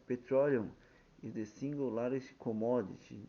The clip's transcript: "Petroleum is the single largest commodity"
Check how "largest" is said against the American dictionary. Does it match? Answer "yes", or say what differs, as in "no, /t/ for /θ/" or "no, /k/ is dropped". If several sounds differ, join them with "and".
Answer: no, /dʒ/ is dropped